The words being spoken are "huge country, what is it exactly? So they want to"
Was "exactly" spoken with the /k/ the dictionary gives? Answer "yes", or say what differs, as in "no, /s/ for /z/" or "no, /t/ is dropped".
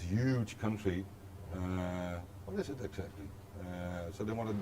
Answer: yes